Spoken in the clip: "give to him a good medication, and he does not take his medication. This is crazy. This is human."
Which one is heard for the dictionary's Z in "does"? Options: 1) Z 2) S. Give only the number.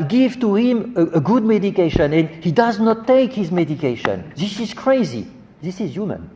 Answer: 1